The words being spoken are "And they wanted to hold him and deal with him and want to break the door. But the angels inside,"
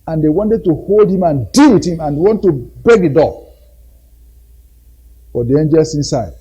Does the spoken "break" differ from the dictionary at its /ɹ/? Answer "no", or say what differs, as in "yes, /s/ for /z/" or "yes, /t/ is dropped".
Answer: yes, /ɹ/ is dropped